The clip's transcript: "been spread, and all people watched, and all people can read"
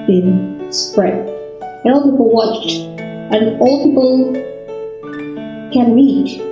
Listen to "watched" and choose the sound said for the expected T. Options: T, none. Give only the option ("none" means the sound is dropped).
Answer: T